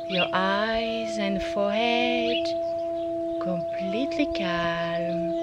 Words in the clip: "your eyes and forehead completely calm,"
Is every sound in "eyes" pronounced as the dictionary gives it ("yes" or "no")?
yes